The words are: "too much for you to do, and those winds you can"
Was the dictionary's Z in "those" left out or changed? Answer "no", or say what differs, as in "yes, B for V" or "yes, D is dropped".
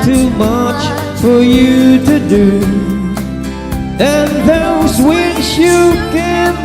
no